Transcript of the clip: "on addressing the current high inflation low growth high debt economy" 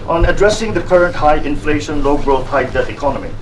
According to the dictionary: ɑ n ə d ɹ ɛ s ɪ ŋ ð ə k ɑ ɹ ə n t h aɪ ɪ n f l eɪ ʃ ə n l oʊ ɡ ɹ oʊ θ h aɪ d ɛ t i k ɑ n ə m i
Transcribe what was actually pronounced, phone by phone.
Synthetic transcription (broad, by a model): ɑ n ə d ɹ ɛ s ɪ ŋ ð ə k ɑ ɹ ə n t h aɪ ɪ n f l eɪ ʃ ə n l oʊ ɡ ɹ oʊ t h aɪ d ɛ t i k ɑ n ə m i